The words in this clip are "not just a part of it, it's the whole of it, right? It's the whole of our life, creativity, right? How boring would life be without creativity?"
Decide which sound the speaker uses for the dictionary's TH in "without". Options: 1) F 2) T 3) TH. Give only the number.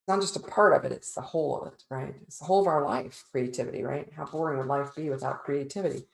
3